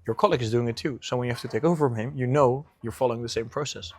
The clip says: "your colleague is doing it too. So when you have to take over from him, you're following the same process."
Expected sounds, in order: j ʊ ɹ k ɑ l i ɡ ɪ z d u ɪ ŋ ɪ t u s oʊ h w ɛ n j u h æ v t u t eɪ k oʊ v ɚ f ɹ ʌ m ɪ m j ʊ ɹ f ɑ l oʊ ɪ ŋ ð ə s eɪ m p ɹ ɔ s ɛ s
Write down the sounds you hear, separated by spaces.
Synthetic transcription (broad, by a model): j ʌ ɹ k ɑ l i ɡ ɪ z d u ɪ ŋ ɪ t u s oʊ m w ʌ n j u h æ f t u t eɪ k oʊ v f ɹ ʌ m ɪ m j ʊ ɹ f ɑ l oʊ ɪ ŋ ð ə s eɪ m p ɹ ɔ s ɛ s